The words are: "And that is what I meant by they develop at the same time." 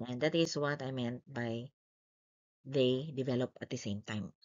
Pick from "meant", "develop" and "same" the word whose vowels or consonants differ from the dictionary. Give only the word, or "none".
none